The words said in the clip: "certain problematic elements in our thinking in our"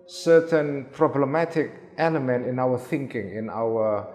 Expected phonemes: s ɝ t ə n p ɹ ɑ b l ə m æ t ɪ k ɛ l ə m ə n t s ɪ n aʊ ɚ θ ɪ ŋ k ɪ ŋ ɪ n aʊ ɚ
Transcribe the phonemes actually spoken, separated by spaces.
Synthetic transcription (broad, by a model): s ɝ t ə n p ɹ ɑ b l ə m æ t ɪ k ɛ l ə m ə n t ɪ n aʊ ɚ θ ɪ ŋ k ɪ ŋ ɪ n aʊ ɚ